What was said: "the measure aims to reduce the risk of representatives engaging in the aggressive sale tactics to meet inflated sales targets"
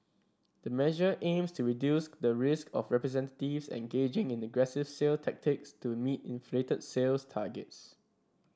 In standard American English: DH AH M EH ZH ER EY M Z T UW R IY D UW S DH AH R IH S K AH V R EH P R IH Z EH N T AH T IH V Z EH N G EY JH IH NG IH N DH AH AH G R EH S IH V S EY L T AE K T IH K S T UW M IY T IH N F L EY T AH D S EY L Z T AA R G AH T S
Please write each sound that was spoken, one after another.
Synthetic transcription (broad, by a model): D AH M EH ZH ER EY M S T UW R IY D UW S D AH R IH S K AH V R EH P R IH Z EH N T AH T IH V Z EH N G EY JH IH NG IH N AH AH G R EH S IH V S EY L T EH K T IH K S T UW M IY T IH N F L EY T AH D S EY L S T AA G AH T S